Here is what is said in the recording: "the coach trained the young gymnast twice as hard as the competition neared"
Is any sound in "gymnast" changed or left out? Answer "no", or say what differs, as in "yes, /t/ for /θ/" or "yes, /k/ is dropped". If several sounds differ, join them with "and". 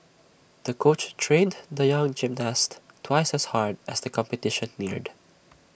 no